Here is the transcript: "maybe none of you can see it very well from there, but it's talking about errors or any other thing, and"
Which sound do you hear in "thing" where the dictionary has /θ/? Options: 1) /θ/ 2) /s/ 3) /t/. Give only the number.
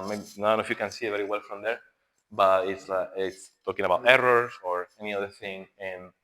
1